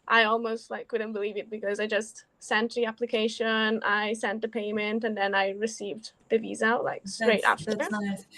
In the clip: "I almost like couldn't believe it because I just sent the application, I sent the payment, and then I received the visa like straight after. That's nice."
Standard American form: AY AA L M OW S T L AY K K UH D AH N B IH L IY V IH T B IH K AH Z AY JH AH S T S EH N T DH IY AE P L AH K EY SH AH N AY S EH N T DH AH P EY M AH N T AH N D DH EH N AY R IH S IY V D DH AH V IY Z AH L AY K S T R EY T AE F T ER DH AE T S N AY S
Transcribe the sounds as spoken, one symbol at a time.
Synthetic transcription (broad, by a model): AY AA L M OW S T L AY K K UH D N B IH L IY V IH T B IH K AH Z AY JH AH S T S EH N T DH IY AE P L AH K EY SH AH N AY S EH N T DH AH P EY M AH N T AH N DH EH N AY R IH S IY V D DH AH V IY Z AH L AY K S T R EY T AE F T ER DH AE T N